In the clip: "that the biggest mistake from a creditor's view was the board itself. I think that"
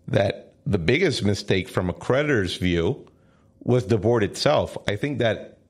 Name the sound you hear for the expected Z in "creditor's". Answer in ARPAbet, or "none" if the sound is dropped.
Z